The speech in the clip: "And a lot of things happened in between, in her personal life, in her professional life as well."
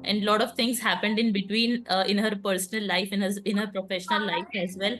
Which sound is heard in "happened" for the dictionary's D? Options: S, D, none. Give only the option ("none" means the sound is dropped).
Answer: D